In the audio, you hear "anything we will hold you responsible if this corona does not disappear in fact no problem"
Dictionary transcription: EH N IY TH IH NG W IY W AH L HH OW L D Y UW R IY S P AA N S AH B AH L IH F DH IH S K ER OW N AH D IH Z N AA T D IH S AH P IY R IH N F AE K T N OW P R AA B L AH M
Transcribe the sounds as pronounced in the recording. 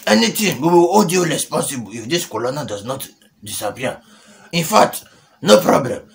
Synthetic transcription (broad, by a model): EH N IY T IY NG W IY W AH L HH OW D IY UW L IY S P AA S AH B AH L IH F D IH S K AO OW N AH D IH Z N AA T D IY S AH P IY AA IH N F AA K T N OW P R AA B L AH M